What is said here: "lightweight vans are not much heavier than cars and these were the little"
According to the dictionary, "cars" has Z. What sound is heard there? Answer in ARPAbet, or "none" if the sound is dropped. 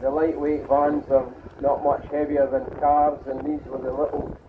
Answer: Z